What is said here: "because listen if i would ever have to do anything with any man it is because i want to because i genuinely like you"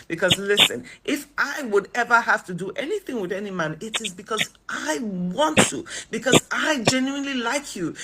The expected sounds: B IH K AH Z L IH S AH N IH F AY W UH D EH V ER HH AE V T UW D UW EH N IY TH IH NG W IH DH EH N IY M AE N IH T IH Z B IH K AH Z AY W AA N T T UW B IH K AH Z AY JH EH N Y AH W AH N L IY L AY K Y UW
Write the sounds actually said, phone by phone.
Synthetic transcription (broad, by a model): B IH K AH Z L IH S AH N IH F AY W UH D EH V ER HH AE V T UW D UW EH N IY TH IH NG W IH DH EH N IY M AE N IH T IH Z B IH K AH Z AY W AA N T T UW B IH K AH Z AY JH EH N Y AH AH N L IY L AY K Y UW